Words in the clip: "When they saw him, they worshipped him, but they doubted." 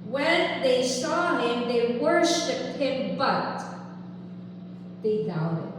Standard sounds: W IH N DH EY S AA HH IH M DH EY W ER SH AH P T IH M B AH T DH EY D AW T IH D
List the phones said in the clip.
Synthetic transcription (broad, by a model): W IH N DH EY S AA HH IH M DH EY W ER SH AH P IH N B AH T DH EY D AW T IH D